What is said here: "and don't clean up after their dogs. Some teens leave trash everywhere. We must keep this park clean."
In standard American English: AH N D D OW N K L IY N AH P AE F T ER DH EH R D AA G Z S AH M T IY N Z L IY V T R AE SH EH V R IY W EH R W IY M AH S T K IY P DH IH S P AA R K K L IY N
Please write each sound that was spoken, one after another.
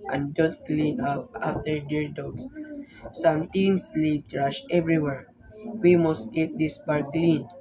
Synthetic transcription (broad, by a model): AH N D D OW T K L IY N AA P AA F T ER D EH R D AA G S S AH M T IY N S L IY P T R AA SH EH V R IY W EH R W IY M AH S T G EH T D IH S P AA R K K L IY N